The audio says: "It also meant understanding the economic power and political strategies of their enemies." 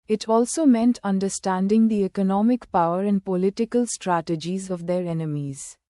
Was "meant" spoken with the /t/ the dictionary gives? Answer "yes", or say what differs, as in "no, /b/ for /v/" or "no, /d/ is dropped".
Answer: yes